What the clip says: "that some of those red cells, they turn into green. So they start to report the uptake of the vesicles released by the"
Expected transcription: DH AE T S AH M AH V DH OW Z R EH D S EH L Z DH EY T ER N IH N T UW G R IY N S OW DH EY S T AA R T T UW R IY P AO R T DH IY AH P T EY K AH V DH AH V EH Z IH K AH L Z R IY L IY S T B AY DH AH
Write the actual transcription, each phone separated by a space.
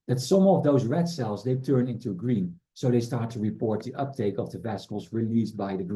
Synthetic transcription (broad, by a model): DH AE T S AH M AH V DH OW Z R EH D S EH L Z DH EY T ER N IH N T UW G R IY N S OW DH EY S T AA R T T UW R IY P AO R T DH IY AH P T EY K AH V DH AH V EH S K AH L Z R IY L IY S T B AY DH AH